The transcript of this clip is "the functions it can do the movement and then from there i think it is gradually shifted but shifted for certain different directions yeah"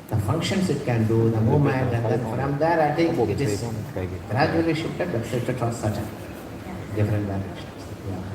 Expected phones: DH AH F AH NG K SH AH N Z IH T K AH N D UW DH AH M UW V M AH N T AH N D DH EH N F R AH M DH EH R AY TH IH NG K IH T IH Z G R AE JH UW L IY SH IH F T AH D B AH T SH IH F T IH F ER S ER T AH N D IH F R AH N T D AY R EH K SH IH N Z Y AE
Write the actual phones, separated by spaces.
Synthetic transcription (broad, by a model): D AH F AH NG K SH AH N S IH T K AH N D UW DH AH M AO M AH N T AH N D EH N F R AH M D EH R AY T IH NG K IH T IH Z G R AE JH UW L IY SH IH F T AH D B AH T S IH T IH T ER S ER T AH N D IH F R AH N T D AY R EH K SH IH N S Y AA